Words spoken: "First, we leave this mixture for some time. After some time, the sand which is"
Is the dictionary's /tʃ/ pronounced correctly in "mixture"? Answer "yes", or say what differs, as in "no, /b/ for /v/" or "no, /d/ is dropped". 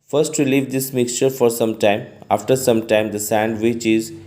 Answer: yes